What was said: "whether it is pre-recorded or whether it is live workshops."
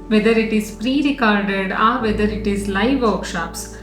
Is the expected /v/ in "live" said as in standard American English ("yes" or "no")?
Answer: yes